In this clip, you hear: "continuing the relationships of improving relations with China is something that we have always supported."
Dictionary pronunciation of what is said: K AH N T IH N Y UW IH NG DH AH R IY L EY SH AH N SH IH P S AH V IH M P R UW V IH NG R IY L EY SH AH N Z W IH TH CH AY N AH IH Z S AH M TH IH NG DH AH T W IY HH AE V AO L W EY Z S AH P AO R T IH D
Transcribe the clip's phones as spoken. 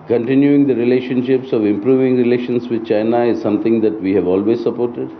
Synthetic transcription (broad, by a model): K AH N T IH N Y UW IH NG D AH R IY L EY SH AH N SH IH P S AH V IH M P R UW V IH NG R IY L EY SH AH N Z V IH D CH AY N AH IH Z S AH M T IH NG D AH T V IY HH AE V AO L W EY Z S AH P AO R T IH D